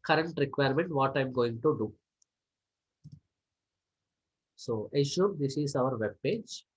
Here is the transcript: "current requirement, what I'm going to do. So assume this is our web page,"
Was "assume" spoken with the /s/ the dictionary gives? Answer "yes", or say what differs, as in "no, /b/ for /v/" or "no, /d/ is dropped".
no, /ʃ/ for /s/